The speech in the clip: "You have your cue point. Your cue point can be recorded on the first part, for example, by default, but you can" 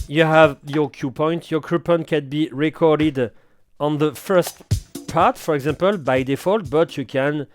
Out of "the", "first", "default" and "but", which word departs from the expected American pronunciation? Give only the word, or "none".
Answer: none